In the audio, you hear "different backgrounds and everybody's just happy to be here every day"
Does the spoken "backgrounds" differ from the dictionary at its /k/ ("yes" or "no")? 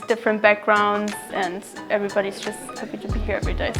no